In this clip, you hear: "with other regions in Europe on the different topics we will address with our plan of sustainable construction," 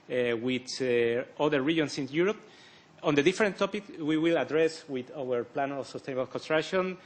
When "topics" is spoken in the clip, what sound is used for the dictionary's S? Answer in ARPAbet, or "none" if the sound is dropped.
none